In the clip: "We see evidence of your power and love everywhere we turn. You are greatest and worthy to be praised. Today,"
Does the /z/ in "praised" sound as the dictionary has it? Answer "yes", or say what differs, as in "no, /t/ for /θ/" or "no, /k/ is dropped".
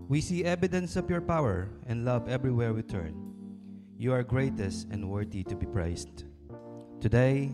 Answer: no, /s/ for /z/